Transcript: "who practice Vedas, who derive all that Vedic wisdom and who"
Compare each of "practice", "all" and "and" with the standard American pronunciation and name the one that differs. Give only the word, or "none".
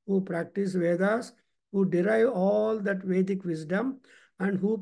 none